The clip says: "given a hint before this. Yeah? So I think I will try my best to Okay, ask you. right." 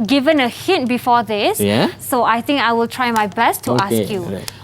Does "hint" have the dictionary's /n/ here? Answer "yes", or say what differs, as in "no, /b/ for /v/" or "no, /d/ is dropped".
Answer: no, /n/ is dropped